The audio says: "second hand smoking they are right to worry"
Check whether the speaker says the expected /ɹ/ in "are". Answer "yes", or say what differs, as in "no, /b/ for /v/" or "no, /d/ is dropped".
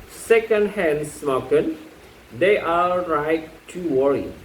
no, /l/ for /ɹ/